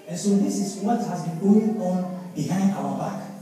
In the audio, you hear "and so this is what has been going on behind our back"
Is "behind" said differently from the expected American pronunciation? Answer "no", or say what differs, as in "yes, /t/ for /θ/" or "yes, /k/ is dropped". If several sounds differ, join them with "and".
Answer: no